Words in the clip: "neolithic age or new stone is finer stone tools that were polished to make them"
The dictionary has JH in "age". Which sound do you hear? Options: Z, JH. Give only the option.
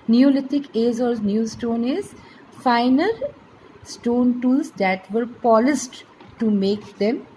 Z